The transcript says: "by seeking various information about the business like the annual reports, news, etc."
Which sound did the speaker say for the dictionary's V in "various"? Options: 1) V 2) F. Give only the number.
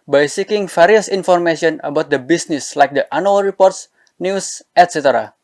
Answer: 2